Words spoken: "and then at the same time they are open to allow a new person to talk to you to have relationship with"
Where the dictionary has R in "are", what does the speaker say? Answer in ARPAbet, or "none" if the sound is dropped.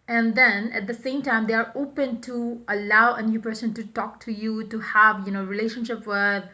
R